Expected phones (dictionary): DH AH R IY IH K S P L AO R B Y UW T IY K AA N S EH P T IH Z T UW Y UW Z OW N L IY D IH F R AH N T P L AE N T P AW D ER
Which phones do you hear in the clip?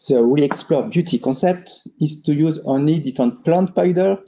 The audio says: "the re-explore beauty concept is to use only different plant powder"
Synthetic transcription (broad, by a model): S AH W IY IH K S P L AO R B Y UW T IY K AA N S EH P T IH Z T UW Y UW Z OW N L IY D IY F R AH N T P L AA N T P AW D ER